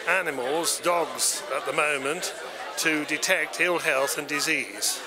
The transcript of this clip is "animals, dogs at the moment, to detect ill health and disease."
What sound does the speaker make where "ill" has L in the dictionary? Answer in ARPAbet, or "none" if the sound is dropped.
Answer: L